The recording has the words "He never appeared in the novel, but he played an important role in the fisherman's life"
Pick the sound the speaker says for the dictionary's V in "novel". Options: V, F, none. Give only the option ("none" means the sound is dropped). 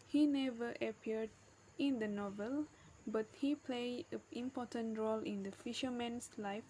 V